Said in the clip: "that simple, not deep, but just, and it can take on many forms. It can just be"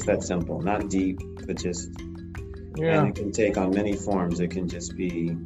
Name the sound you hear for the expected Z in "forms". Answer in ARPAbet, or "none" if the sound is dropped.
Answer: Z